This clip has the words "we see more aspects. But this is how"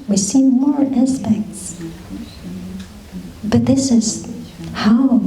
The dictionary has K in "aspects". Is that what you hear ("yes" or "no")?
yes